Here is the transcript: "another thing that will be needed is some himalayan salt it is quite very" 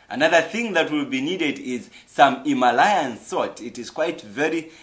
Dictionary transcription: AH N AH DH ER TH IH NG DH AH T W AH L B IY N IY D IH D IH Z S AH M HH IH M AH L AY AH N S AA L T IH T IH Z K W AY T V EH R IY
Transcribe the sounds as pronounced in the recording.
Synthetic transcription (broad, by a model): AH N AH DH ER TH IH NG DH AH T W AH L B IY N IY D IH D IH Z S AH M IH M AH L AY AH N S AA T IH T IH Z K W AY T V EH R IY